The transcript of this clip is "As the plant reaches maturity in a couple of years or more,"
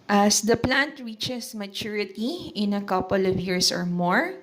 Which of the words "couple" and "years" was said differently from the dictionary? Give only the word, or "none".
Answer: years